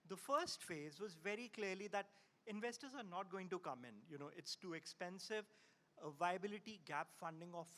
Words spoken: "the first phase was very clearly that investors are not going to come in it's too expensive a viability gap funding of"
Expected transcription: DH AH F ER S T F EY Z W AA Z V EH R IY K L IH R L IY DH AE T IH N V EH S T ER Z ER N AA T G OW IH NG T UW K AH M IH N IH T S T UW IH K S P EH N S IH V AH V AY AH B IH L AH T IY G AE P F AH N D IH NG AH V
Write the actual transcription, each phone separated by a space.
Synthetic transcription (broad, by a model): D AH F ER S T F EY Z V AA Z V EH R IY K L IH R L IY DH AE T IH N V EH S T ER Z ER N AA T G OW IH NG T UW K AH M IH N IH T S T UW IH K S P EH N S IH V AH V AY AH B IH L AH T IY G AE P F AH N D IH NG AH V